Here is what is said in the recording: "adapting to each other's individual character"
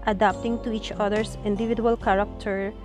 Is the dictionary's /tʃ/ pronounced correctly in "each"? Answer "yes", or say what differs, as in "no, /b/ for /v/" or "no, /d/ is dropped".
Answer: yes